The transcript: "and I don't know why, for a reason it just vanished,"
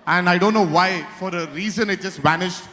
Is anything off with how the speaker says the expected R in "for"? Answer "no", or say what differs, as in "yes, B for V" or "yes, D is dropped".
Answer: no